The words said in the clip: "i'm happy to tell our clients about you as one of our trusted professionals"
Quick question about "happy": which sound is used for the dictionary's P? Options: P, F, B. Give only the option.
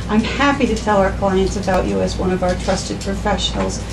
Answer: P